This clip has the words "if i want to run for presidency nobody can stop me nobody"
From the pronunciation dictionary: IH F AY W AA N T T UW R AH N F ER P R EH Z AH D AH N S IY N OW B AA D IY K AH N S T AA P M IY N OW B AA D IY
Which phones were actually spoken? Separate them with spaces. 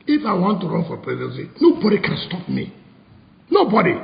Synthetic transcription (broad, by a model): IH F AY W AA N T T UW R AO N F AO P R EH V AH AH S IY N OW B AA D IY K AH N S T AA P M IY N OW B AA D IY